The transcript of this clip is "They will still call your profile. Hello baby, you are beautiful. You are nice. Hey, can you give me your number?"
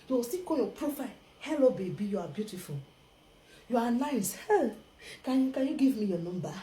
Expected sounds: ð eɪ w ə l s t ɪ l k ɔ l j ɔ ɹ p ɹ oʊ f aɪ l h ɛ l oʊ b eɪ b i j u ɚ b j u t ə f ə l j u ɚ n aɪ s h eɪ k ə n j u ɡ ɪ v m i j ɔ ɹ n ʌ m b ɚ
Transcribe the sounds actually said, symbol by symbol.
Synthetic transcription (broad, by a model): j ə s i k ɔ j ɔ p ɹ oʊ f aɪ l h ɛ l oʊ b eɪ b i j u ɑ b j u t ə f ə l j u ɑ n aɪ s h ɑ k ə n j u ɡ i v m i j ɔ n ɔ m b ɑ